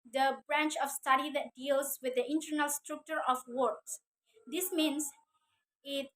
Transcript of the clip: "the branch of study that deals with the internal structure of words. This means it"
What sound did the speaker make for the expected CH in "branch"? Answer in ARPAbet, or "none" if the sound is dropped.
CH